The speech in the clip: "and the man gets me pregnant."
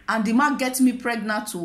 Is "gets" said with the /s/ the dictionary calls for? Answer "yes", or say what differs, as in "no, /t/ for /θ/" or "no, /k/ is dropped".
no, /s/ is dropped